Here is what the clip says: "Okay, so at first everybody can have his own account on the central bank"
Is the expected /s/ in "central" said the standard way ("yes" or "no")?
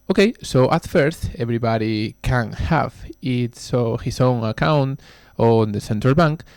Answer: yes